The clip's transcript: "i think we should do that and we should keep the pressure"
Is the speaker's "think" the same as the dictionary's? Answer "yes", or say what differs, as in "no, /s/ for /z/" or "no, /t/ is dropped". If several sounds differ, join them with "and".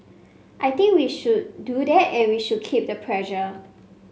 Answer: no, /t/ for /θ/